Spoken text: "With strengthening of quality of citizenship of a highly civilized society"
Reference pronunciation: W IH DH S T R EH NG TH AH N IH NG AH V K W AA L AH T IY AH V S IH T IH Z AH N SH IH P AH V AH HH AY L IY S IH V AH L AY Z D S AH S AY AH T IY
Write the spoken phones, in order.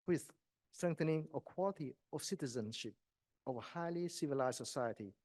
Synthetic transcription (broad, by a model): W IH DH S T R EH NG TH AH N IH NG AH K W AA L AH T IY AH V S IH T IH Z AH N SH IH P AH V AH HH AY L IY S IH V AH L AY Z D S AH S AY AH T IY